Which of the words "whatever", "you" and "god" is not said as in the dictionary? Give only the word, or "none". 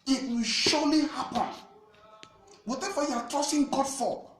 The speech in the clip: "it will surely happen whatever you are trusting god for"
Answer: whatever